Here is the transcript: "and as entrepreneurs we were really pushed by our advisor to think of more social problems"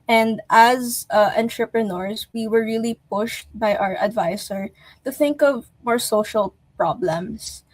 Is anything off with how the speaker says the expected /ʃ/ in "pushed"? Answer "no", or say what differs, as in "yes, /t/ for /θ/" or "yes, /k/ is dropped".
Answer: no